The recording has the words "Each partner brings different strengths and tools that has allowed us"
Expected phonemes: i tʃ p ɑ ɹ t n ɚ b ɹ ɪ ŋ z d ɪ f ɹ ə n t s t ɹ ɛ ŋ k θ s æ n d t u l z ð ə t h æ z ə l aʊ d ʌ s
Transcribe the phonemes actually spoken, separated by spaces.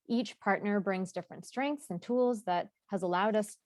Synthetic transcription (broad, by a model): i tʃ p ɑ ɹ t n ɚ b ɹ ɪ ŋ z d ɪ f ɹ ə n t s t ɹ ɛ ŋ k θ s n t u l z ð ə t h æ z ə l aʊ d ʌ s